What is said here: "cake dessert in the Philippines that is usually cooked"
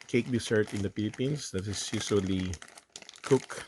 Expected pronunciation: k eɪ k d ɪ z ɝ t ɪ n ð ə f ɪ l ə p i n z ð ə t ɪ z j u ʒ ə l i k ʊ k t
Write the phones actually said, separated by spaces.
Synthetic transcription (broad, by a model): k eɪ k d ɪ s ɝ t ɪ n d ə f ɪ l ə p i n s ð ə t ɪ s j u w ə l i k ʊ k